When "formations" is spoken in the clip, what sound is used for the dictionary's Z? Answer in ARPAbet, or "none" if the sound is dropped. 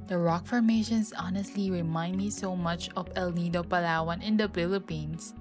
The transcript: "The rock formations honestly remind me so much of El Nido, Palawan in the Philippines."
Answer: S